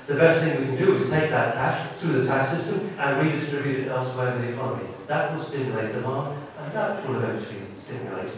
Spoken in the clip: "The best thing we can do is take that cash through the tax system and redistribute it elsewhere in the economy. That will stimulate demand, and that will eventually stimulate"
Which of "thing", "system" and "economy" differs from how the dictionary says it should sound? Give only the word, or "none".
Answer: none